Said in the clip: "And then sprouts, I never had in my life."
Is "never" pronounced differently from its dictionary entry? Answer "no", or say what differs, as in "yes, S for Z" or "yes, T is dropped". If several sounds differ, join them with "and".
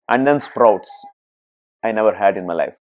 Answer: no